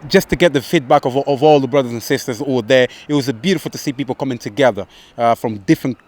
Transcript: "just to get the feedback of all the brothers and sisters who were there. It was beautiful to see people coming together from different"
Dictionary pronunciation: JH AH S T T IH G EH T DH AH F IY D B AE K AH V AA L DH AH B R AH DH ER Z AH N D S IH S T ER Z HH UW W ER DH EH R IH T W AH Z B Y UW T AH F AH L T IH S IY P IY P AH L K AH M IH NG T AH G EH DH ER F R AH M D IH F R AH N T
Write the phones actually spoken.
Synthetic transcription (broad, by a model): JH AH S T T IH G EH T DH AH F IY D B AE K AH V AA L DH AH B R AH DH ER Z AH N S IH S T ER Z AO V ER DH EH R IH T W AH Z B Y UW T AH F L T IH S IY P IY P L K AH M IH NG T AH G EH DH ER F R AH M D IH F R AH N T